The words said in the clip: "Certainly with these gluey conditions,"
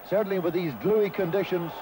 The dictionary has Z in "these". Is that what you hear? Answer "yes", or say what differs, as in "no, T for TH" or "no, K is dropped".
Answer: yes